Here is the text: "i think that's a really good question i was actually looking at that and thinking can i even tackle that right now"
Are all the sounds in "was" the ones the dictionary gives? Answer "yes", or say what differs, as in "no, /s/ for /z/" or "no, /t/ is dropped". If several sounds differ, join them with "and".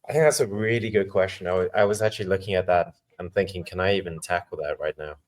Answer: yes